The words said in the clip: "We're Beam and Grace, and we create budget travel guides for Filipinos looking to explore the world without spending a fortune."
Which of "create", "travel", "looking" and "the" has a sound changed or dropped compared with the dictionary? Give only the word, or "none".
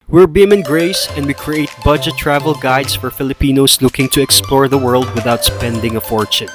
none